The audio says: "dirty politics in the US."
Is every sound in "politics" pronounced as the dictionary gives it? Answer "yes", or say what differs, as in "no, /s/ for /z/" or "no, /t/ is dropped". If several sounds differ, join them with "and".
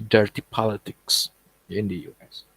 yes